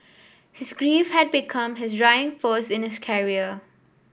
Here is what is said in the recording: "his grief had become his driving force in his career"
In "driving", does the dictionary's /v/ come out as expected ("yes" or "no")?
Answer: no